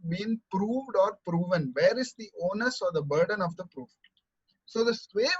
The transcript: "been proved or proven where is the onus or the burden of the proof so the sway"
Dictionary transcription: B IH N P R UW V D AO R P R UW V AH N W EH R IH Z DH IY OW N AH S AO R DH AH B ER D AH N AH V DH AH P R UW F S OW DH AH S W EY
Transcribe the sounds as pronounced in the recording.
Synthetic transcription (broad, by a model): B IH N P R UW V D AO R P R UW V AH N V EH R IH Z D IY OW N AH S AO R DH AH B ER D AH N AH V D AH P R UW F S OW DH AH S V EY